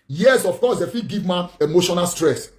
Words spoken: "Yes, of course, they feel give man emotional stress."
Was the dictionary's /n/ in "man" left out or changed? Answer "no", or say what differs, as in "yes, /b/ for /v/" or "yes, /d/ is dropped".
yes, /n/ is dropped